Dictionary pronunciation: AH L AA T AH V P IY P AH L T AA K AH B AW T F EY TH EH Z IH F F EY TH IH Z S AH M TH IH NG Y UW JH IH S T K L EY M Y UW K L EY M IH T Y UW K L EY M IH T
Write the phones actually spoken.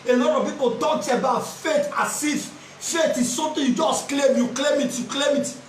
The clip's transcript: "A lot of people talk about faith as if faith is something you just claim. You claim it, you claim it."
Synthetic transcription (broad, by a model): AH L AA T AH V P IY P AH N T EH AH B AW T F EY T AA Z IH F F EY T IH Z S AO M T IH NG Y UW JH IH S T K L EY M Y UW K L EY M IH T Y UW K L EY M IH T